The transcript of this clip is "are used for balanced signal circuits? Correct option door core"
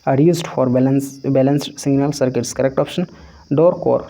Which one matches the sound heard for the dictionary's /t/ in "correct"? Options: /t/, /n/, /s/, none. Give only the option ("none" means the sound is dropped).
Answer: /t/